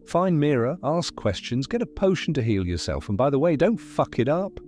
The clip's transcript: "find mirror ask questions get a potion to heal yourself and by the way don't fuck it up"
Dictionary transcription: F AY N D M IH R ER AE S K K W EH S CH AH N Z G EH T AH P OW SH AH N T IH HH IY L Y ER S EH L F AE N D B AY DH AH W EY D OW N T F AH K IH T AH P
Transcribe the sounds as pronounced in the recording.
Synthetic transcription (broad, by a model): F AY N M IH R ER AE S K K W EH S CH AH N Z G EH T AH P OW SH N T IH HH IY L Y ER S EH L F N B AY DH AH W EY D OW N T F AH K IH T AH P